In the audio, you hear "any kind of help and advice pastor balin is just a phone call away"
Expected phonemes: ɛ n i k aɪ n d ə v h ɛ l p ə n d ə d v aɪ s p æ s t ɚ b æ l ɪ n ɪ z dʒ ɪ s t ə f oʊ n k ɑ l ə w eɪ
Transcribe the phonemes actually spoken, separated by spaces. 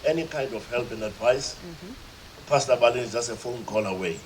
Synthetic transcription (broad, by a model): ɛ n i k aɪ n d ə f h ɛ l p ə n d ə d v aɪ s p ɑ s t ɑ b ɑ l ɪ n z dʒ ɪ s t ə f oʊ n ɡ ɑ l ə w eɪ